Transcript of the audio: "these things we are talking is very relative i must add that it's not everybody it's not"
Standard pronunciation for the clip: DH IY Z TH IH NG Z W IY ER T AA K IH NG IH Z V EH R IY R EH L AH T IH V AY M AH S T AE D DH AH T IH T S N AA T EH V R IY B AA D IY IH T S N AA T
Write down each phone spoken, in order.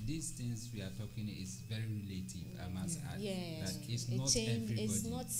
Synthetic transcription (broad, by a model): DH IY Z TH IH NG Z W IY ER T AA K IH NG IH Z V EH R IY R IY L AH T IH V AY M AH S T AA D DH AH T IH T S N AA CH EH R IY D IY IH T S N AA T